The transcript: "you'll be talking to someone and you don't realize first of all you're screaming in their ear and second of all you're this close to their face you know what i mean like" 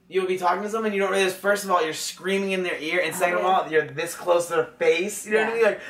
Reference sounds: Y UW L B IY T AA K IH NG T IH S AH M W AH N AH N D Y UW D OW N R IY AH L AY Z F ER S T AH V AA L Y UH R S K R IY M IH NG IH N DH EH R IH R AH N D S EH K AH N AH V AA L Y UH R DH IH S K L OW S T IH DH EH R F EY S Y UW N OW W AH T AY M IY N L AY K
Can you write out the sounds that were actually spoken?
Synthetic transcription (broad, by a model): Y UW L B IY T AA K IH NG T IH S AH M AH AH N Y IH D OW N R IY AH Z F ER S T AH V AA L Y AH R S K R IY M IH NG IH N DH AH R IH R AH N S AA AH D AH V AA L Y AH R DH IH S K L OW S T IH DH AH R F EY S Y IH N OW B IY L AY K